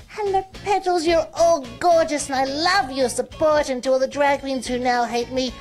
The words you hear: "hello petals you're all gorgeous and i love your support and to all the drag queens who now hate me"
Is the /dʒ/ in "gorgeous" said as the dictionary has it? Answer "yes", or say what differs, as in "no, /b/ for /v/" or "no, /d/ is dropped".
yes